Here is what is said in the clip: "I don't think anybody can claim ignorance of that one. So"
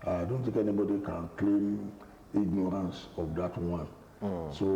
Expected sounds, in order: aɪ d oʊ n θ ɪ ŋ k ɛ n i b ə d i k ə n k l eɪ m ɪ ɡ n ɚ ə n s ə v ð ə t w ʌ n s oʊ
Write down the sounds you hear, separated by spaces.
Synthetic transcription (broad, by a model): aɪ d oʊ n t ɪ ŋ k ɛ n i b ə d i k ə n k l eɪ m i ɡ n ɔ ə n s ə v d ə t w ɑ n s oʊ